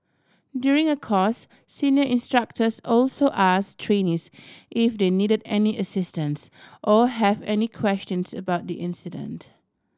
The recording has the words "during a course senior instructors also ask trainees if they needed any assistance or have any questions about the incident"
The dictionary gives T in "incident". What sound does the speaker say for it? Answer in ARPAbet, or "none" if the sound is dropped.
T